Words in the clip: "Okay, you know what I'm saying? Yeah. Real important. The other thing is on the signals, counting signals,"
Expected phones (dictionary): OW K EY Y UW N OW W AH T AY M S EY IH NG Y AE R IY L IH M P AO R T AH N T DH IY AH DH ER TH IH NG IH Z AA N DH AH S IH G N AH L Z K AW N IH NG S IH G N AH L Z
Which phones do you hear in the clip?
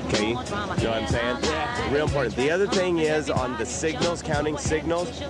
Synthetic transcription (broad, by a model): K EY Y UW N OW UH AY M S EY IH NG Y R IY L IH M P AO R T N DH IY AH DH ER TH IH NG IH Z N DH AH S IH G N L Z K AW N IH NG S IH G N L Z